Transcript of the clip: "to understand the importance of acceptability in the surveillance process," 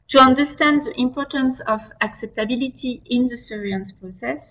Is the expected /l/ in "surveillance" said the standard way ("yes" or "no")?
no